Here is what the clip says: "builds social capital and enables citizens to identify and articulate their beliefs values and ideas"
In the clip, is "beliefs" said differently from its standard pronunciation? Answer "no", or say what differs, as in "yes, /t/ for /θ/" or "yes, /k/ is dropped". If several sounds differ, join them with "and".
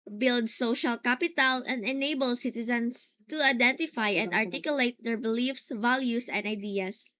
no